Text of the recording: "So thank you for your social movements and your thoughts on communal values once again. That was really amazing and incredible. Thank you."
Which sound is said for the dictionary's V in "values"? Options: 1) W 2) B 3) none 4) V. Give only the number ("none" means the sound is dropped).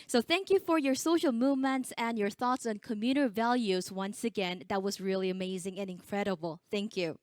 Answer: 4